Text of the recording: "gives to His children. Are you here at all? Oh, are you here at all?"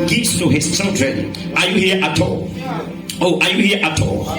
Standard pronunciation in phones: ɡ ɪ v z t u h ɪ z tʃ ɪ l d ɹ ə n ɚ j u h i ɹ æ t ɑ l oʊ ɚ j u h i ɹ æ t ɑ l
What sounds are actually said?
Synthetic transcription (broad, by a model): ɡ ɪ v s t u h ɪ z tʃ ɪ l d ɹ ə n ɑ j u h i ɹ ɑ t ɑ l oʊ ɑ j u h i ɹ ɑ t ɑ l